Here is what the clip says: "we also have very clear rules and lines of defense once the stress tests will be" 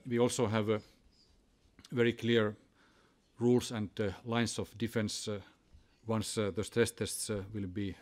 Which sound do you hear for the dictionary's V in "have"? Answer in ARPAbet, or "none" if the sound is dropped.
V